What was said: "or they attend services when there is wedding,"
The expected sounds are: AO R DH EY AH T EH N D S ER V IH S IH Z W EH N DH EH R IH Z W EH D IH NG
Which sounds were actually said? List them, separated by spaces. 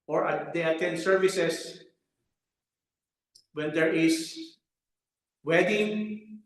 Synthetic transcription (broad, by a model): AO R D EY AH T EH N S ER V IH S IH S W EH N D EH R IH S W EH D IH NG